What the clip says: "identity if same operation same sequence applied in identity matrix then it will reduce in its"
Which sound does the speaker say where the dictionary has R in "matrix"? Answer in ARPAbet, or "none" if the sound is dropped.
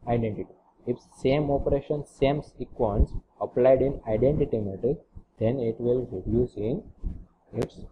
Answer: none